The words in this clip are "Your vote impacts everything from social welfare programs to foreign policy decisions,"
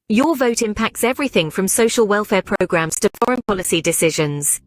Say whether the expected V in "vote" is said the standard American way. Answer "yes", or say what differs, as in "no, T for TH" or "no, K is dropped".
yes